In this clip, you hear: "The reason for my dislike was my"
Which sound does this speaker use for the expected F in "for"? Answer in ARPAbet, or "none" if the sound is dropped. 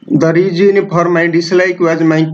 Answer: P